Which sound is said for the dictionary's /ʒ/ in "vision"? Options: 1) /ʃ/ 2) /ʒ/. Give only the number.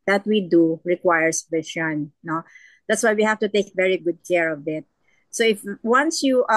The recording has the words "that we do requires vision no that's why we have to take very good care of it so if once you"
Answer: 1